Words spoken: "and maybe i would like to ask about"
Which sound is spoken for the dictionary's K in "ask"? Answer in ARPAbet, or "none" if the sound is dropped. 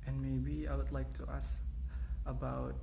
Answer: none